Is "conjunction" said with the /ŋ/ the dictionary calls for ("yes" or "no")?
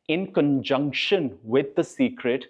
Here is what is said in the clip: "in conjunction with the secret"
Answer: yes